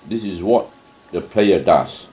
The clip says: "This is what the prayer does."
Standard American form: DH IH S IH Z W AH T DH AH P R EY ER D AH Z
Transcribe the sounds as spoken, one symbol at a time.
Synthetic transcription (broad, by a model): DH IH S IH Z W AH T DH AH P L EY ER D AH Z